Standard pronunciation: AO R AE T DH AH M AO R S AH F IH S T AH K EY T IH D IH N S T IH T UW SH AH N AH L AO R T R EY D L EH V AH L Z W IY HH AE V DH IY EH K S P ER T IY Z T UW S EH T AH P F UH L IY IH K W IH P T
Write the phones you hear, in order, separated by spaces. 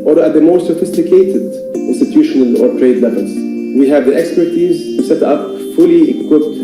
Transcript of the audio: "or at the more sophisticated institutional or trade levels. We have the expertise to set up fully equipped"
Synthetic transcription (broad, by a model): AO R AE T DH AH M AO R S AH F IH S T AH K EY T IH D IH N S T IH T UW SH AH N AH L AO R T R EY D L EH V AH L Z W IY HH AE V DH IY EH K S P ER T IY Z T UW S EH T AH P F UH L IY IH K W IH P T